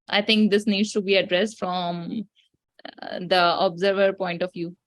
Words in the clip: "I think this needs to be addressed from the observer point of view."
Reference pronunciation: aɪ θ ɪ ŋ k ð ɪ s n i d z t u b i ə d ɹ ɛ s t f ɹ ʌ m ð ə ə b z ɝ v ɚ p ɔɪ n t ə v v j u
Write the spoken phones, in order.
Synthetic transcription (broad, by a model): aɪ t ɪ ŋ k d ɪ s n i d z t u b i ə d ɹ ɛ s t f ɹ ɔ m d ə ə b z ɝ v ɚ p ɔɪ n t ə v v j u